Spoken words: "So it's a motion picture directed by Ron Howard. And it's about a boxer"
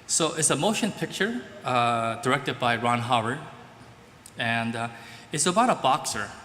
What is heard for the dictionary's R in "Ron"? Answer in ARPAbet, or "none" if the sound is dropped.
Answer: R